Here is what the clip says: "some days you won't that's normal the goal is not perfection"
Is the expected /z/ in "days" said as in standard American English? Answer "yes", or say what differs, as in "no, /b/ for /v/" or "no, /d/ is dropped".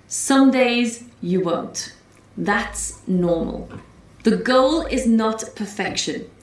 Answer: yes